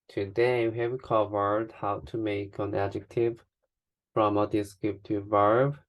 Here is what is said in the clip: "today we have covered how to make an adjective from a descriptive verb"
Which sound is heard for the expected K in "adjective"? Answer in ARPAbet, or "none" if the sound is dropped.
K